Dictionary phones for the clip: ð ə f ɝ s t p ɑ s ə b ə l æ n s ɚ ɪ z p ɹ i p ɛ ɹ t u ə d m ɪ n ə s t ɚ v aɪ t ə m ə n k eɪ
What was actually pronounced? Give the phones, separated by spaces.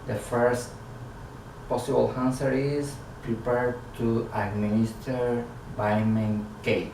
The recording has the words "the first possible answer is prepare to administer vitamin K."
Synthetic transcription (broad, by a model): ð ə f ɝ s t p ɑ s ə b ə l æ n s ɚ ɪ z p ɹ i p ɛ ɹ t u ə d m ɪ n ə s t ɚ b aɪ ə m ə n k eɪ